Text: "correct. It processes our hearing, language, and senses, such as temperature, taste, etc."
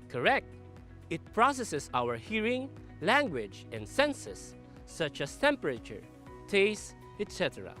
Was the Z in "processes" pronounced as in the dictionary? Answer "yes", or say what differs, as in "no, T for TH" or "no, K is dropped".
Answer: no, S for Z